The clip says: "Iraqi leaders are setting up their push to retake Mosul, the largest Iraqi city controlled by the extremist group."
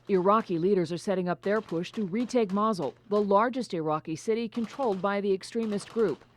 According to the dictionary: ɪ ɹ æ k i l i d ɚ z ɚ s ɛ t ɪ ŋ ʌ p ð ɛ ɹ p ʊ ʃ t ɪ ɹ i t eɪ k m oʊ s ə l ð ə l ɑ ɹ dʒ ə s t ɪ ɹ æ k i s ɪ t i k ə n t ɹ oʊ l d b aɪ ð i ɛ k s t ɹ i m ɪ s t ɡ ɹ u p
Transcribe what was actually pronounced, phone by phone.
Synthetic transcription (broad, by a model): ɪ ɹ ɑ k i l i d ɚ z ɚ s ɛ t ɪ ŋ ʌ p ð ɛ ɹ p ʊ ʃ t ɪ ɹ i t eɪ k m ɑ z l ð ə l ɑ ɹ dʒ ə s t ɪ ɹ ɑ k i s ɪ t i k ə n t ɹ oʊ l d b aɪ ð i ɛ k s t ɹ i m ɪ s t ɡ ɹ u p